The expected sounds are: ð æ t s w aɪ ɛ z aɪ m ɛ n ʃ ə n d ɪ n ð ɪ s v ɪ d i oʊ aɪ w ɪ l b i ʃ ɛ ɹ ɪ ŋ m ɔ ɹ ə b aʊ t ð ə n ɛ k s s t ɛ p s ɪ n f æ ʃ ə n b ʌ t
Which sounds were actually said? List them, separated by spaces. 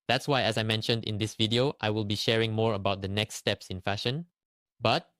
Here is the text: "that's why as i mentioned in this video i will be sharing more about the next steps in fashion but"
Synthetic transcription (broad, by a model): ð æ t s w aɪ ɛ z aɪ m ɛ n ʃ ə n d ɪ n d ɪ s v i d i oʊ aɪ w ɪ l b i ʃ ɛ ɹ ɪ ŋ m ɔ ɹ ə b aʊ t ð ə n ɛ k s s t ɛ p s ɪ n f æ ʃ ə n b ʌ t